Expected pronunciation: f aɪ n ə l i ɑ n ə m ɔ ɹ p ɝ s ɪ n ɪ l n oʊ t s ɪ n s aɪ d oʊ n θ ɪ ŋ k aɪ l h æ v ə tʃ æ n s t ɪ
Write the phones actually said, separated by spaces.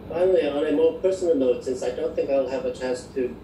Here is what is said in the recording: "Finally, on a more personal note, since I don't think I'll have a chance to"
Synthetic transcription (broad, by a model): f aɪ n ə l i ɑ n ə m ɔ ɹ p ɝ s n l n oʊ t s ɪ n s aɪ d oʊ n θ ɪ ŋ k aɪ l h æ v ə tʃ æ n s t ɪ